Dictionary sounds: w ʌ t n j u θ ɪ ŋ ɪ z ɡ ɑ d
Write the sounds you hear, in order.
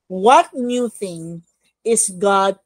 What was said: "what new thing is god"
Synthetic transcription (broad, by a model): w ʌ t n j u θ ɪ ŋ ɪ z ɡ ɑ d